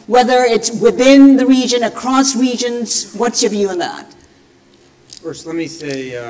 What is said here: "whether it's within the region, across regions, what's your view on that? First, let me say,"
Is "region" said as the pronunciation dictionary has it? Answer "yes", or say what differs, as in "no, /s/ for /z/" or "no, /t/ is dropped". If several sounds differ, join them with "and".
yes